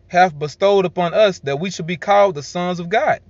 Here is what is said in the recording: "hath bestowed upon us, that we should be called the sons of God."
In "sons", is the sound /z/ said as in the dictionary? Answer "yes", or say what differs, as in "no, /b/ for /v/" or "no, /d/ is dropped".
yes